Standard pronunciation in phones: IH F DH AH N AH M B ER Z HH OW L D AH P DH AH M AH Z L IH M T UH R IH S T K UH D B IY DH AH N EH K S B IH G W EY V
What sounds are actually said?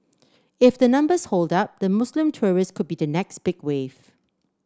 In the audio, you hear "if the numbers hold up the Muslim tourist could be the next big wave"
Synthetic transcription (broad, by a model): IH F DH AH N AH M B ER S HH OW L D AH P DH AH M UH S L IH M T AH R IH S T K UH D B IY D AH N EH K S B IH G W EY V